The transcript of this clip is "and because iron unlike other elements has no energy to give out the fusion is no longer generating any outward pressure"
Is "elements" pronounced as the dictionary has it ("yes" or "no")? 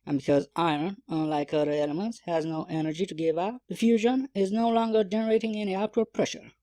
yes